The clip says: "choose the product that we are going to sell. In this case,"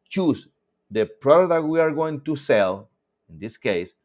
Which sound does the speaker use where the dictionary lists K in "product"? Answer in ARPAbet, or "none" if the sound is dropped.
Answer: none